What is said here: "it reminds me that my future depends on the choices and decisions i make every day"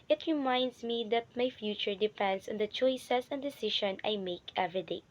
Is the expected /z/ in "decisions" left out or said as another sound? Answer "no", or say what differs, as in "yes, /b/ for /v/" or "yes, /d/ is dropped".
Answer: yes, /z/ is dropped